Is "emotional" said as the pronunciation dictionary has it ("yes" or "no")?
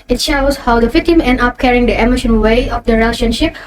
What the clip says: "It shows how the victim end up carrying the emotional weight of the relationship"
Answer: no